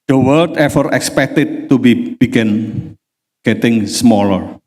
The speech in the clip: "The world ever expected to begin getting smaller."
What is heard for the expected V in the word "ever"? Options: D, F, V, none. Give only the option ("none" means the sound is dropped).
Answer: F